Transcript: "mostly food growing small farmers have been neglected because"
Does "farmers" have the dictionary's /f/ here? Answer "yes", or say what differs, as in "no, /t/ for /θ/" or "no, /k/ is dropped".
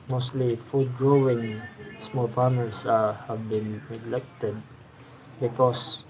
no, /p/ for /f/